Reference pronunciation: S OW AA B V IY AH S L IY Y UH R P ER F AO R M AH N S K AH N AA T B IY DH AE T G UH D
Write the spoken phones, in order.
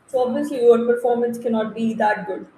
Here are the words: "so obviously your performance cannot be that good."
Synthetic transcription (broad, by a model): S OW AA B IY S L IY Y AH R P ER F AO R M AH N S K AH N AA T B IY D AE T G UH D